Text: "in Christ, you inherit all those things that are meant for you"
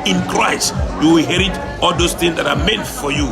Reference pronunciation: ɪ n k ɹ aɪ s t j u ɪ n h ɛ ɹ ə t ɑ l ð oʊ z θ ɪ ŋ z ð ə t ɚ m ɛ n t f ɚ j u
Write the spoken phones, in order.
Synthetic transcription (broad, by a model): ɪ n k ɹ aɪ s t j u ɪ h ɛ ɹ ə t ɑ l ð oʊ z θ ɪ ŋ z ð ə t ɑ m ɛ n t f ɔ j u